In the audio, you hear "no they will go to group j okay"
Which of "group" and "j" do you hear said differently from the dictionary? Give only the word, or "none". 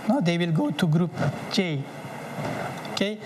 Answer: j